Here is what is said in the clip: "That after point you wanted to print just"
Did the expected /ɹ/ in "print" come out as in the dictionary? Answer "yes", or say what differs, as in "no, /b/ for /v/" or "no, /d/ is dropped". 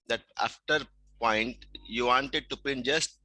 no, /ɹ/ is dropped